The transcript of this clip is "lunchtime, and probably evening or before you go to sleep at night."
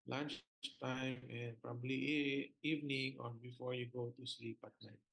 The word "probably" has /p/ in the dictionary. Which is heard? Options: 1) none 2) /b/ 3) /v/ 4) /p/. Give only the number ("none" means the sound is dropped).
4